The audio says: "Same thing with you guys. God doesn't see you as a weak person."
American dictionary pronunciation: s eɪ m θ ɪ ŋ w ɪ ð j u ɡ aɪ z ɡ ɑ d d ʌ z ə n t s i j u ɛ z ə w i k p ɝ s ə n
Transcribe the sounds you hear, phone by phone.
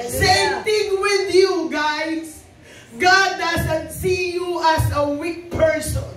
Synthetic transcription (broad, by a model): s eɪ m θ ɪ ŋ w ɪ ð j u ɡ aɪ s ɡ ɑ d d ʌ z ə n t s i j u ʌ s ə w i k p ɝ s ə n